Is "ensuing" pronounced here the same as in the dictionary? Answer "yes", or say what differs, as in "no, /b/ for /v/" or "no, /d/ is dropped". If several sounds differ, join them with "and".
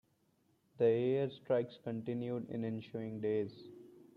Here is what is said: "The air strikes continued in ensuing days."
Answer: no, /ʃ/ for /s/